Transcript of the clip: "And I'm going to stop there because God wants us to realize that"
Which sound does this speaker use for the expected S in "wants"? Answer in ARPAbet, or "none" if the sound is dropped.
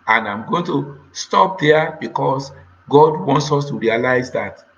S